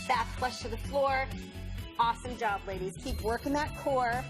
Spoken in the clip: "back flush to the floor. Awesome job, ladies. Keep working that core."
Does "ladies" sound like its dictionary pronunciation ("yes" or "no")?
yes